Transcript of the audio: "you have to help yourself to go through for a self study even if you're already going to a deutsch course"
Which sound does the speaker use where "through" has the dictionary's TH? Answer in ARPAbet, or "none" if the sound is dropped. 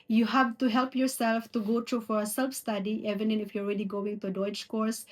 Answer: T